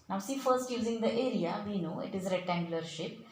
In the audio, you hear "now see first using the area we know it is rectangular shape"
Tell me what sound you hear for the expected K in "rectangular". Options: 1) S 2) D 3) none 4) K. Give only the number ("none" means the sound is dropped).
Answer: 3